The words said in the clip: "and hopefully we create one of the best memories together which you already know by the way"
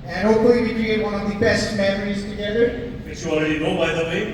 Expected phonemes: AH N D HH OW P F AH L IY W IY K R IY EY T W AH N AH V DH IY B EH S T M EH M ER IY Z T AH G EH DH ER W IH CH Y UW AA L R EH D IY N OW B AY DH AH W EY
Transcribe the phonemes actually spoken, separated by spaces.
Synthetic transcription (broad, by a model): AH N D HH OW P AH IY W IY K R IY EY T W AH N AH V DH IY B EH S T M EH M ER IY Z T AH G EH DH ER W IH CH Y UW AA L R EH D IY N OW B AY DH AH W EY